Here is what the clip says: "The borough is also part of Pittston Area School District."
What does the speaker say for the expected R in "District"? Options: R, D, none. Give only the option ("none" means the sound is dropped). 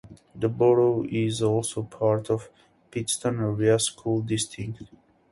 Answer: none